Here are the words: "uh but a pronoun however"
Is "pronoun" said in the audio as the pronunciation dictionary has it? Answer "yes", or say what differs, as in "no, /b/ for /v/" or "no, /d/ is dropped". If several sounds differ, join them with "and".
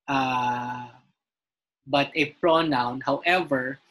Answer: yes